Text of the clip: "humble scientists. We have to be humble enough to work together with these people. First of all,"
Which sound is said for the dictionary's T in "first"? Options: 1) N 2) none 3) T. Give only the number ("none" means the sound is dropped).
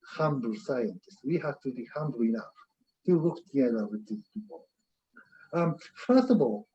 3